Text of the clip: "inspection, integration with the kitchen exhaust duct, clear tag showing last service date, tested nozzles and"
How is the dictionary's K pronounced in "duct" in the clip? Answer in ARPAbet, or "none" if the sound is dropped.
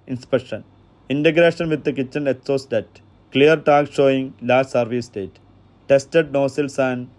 none